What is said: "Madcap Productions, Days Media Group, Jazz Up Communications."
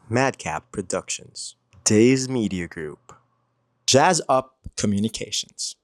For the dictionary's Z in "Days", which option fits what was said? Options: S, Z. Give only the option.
Z